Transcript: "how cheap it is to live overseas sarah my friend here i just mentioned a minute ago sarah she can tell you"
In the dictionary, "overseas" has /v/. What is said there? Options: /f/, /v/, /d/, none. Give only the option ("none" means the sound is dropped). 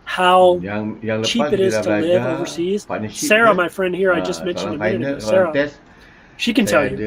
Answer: /v/